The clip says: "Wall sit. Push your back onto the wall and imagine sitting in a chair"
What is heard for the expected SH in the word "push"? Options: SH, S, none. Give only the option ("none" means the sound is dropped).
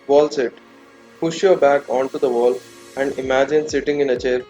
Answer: SH